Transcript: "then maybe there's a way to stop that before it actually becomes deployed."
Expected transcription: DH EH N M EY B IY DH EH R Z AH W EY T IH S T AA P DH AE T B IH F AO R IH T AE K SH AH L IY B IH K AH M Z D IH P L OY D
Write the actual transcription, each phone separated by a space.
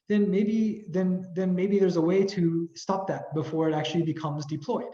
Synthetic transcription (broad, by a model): DH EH N M EY B IY DH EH R Z AH W EY T IH S T AA P DH AE T B IH F AO R IH T AE K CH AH L IY B IH K AH M Z D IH P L OY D